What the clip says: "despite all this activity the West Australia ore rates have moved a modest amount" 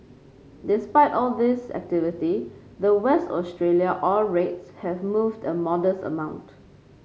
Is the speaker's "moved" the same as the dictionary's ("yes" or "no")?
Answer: yes